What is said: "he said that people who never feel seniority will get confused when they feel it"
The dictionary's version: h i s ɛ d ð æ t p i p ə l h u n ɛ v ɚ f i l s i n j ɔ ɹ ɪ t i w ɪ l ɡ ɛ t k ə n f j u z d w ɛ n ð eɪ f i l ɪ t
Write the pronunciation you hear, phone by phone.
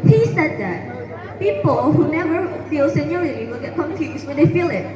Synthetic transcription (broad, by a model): h i s ɛ d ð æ t p i p ə l h u n ɛ v ɚ f i l s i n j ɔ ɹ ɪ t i w ɪ l ɡ ɛ t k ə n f j u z w ɛ n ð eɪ f i l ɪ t